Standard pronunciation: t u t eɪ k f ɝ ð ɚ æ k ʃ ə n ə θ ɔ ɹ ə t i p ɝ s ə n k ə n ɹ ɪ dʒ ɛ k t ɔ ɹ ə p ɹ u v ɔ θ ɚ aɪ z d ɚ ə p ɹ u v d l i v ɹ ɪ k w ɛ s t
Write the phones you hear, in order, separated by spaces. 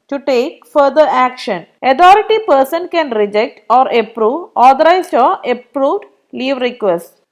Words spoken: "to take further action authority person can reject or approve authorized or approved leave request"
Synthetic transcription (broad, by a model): t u t eɪ k f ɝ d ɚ æ k ʃ ə n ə t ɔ ɹ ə t i p ɝ s ə n k ə n ɹ ɪ dʒ ɛ k t ɔ ɹ ə p ɹ u v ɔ t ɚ aɪ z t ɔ ə p ɹ u v d l i v ɹ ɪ k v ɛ s t